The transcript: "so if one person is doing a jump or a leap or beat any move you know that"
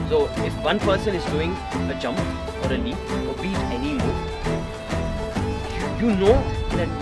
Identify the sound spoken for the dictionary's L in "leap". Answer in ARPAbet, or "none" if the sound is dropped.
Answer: N